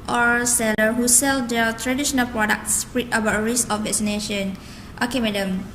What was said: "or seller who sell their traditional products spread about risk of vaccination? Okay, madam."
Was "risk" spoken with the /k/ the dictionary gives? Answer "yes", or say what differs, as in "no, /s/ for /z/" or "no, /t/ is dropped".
no, /k/ is dropped